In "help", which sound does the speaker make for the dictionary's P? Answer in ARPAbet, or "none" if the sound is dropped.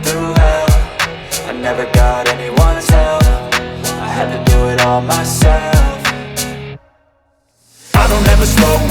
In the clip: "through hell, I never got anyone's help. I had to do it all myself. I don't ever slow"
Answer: F